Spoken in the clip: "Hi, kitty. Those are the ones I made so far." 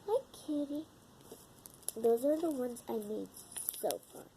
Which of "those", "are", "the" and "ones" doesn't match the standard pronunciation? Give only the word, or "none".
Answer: none